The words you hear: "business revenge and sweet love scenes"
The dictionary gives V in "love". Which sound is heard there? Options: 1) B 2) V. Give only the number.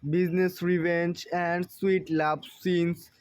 1